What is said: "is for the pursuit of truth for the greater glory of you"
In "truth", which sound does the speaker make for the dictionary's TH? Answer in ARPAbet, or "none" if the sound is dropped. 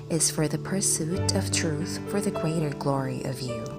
TH